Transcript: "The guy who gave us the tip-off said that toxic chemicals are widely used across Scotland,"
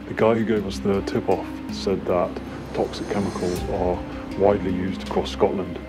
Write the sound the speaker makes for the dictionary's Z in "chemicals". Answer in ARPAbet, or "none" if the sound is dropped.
Z